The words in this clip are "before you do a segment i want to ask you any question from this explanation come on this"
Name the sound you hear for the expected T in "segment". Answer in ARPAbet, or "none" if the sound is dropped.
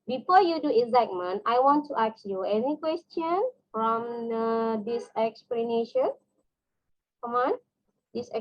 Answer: none